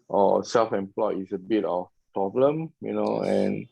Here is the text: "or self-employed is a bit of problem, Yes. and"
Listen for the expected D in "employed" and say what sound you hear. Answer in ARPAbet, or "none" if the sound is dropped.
none